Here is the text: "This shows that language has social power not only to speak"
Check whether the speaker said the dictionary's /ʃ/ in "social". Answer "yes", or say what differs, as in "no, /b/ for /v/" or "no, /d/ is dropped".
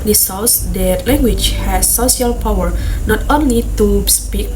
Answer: no, /ʃ/ is dropped